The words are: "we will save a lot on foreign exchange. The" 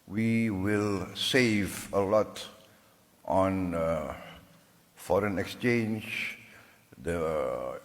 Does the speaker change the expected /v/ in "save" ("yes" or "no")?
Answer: no